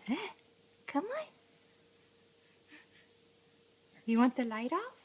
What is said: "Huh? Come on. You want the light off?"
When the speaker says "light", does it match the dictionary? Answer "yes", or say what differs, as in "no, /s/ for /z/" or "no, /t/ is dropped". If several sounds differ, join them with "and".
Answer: yes